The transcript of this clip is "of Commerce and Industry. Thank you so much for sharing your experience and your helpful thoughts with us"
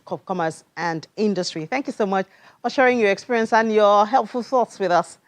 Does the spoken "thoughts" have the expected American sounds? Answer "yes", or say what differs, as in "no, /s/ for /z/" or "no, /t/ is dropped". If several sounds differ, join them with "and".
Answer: yes